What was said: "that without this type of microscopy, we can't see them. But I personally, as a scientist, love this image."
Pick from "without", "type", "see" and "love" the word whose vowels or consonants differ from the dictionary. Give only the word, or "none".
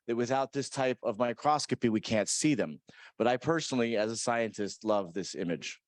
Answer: none